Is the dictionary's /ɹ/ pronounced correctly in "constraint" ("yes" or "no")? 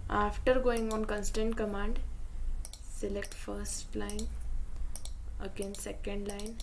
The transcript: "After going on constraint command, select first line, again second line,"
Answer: no